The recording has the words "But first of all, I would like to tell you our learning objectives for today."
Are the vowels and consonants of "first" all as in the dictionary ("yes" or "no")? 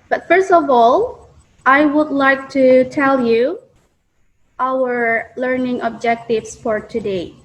yes